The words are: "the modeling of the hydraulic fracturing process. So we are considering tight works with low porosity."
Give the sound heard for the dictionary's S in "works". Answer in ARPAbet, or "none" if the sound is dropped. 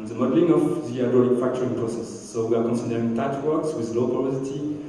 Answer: S